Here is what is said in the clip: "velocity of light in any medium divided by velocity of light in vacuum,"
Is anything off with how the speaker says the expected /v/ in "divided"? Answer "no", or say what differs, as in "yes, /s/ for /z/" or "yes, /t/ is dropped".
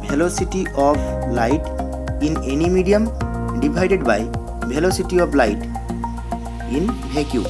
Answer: yes, /b/ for /v/